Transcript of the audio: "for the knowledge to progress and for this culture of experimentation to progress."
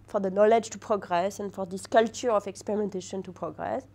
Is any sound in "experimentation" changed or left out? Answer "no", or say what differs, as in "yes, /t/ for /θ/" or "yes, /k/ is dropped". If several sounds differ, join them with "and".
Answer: no